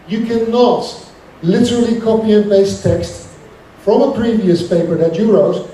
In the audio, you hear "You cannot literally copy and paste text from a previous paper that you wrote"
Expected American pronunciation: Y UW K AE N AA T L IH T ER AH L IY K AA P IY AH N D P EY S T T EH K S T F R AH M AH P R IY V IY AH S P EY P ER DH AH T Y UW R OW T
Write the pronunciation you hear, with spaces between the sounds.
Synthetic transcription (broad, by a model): Y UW K AE N AA T L IH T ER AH L IY K AA P IY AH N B EY S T T EH K S T F R AH M AH P R IY V IY AH S P EY P ER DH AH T Y UW R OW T